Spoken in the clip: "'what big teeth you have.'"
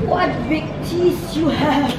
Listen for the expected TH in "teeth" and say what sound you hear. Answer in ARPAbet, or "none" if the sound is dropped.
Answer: S